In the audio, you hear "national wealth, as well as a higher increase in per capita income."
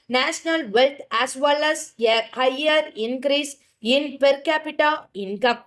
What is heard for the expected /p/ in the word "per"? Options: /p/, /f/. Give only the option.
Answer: /p/